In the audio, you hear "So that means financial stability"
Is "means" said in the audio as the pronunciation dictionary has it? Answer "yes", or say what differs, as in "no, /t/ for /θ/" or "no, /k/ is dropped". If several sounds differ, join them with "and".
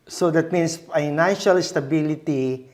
no, /s/ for /z/